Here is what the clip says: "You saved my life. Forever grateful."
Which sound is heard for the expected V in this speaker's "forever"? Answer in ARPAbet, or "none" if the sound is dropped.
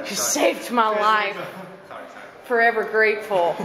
V